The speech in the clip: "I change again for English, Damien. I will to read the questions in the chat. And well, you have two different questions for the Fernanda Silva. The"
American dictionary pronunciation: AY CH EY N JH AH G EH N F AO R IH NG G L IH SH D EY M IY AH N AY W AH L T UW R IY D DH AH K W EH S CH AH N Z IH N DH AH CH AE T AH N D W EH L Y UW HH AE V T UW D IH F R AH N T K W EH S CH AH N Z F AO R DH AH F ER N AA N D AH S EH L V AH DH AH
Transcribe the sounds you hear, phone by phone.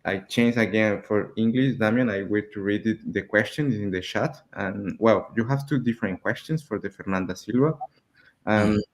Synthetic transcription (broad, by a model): AY CH EY N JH AH G EH N F AO R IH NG G L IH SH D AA M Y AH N AY W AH T UW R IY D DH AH K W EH S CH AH N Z IH N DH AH SH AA T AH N W EH L Y UW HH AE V T UW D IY F R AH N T K W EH S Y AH N S F AO R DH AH F ER N AA N D AH S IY L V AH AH